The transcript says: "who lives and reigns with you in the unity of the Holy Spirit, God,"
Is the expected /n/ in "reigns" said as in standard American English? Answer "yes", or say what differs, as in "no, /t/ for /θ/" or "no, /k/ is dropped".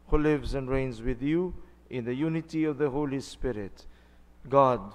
yes